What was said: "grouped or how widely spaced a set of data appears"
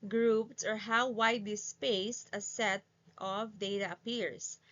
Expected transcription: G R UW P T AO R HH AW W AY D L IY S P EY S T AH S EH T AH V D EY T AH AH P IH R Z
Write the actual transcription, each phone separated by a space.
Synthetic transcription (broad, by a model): G R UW P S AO R HH AW W AY D L IY S P EY S T AH S EH T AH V D EY T AH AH P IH R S